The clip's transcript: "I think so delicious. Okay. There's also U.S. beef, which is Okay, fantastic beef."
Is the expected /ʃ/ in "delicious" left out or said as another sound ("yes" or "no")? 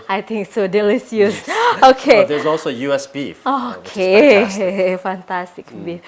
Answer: yes